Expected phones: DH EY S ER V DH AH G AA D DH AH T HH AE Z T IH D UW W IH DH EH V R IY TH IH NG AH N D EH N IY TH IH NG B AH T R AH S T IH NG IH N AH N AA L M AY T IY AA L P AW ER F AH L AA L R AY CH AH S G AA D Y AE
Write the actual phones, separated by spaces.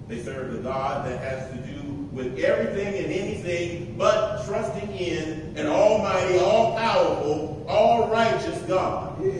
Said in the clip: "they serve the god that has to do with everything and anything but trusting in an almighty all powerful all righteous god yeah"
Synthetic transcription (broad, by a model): DH EY S ER V DH AH G AA D DH AH T HH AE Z T IH D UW W IH DH EH V R IY TH IH NG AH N EH N IY TH IH NG B AH T R AH S T IH NG IH N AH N AA L M AY T IY AA L P AW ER F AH L AA L R AY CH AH S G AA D